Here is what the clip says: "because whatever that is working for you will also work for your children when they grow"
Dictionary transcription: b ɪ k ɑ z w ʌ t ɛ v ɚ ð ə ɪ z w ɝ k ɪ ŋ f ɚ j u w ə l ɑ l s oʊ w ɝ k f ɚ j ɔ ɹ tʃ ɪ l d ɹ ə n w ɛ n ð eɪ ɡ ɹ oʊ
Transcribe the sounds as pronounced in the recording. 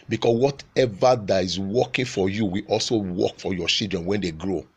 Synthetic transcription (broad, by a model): b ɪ k ɑ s w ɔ t ɛ v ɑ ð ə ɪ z w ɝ k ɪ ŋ f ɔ j u w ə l ɑ l s oʊ w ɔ k f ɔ j ɔ tʃ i l d ɹ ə n w ɛ n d eɪ ɡ ɹ oʊ